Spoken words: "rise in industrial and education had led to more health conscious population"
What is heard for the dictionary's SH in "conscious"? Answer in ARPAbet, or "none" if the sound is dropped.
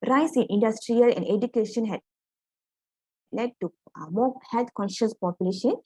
SH